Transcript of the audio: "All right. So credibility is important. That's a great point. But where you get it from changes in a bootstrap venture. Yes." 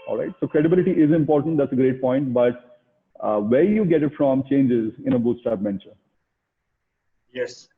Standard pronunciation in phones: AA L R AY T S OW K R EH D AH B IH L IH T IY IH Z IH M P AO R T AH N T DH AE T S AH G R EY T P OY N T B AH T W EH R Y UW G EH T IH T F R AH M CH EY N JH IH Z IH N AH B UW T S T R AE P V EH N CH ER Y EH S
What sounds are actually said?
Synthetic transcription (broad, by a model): AA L R AY T S OW K R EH D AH B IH L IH T IY IH Z IH M P AO R T AH N T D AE T S AH G R EY T P OY N T B AH T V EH R Y UW G EH T IH T F R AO M CH EY N JH IH Z IH N AH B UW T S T AE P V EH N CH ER Y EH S